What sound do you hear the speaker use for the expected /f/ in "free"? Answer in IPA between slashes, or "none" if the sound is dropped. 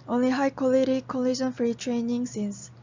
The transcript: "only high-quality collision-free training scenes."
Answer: /f/